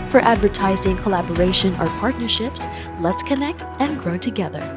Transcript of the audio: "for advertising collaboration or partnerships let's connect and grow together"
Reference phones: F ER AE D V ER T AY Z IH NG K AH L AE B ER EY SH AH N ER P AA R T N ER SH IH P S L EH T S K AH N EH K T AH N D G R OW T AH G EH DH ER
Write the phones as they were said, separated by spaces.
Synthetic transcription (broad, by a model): F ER AE D V ER T AY Z IH NG K AH L AE B ER EY SH AH N ER P AA R T N ER SH IH P S L EH T S K AH N EH K T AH N G R OW T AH G EH DH ER